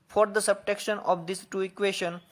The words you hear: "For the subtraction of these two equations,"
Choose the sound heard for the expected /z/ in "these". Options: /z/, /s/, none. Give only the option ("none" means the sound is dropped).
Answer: /s/